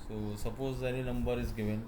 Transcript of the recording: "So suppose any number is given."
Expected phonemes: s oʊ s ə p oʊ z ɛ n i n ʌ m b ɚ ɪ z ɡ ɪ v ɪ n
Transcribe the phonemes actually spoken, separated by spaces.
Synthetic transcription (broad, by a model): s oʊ s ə p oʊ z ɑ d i l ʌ m b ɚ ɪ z ɡ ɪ v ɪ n